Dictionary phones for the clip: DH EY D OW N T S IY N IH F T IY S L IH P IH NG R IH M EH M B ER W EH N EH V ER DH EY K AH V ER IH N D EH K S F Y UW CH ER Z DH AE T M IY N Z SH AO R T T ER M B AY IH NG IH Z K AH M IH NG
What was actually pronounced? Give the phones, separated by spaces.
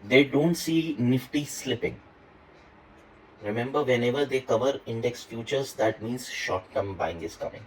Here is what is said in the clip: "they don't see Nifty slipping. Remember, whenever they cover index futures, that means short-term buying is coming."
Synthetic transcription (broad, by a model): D EY D OW N T S IY N IH F T IY S L IH P IH NG R IH M EH M B ER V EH N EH V ER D EY K AH V ER IH N D EH K S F Y UW CH ER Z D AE T M IY N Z SH AO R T T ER M B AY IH NG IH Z K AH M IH NG